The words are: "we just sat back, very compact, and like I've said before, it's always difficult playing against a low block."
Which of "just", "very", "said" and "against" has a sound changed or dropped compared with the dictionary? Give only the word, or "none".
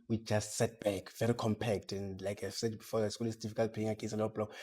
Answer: against